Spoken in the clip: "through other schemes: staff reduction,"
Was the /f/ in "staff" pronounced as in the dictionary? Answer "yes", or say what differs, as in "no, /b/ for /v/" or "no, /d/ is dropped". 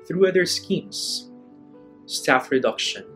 yes